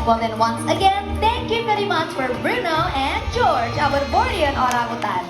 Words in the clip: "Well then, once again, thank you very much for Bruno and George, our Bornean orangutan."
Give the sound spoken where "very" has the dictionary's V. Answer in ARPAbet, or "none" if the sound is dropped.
P